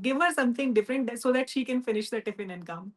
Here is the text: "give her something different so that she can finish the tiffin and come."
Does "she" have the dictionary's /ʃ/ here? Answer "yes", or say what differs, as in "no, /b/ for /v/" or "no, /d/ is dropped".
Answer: yes